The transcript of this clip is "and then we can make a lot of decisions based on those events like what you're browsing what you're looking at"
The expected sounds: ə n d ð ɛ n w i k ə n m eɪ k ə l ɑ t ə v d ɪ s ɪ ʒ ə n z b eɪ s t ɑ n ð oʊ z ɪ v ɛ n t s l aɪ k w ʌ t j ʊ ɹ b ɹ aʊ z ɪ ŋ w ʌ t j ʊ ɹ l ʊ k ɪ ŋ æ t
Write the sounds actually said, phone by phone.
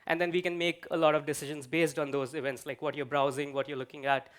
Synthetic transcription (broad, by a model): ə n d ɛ n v i k ə n m eɪ k ə l ɑ t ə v d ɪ s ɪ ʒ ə n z b eɪ s t ɑ n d oʊ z ɪ v ɛ n t s l aɪ k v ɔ t j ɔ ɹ b ɹ aʊ z ɪ ŋ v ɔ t j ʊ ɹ l ʊ k ɪ ŋ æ t